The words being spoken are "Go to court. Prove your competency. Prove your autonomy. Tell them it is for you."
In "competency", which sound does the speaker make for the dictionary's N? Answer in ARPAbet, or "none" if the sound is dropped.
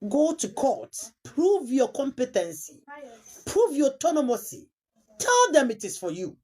N